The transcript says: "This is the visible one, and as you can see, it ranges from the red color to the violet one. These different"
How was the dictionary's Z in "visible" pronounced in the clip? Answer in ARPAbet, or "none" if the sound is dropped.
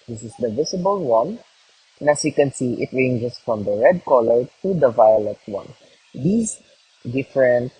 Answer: S